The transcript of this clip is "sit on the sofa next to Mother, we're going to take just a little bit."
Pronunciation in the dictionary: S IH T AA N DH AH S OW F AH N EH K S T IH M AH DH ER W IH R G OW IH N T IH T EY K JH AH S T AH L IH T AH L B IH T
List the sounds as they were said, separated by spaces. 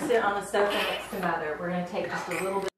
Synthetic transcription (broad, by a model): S IH T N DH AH S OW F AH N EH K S T IH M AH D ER W IH R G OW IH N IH T EY K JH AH S T AH L IH T L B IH